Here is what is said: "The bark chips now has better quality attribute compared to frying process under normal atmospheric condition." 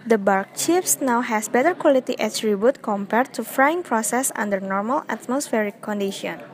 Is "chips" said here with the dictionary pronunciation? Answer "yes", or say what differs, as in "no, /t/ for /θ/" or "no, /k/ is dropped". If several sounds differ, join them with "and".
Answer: no, /f/ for /p/